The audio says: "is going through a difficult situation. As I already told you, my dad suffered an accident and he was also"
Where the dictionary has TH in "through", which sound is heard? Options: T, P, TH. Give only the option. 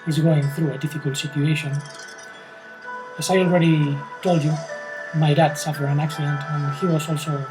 TH